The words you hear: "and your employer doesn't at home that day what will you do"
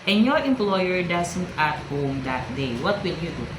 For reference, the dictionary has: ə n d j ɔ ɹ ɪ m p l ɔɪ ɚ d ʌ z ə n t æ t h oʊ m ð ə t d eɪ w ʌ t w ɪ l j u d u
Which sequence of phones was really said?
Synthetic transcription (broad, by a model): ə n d j ɔ ɹ ɪ m p l ɔɪ ɚ d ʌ s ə n t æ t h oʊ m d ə t d eɪ w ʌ t w ɪ l j u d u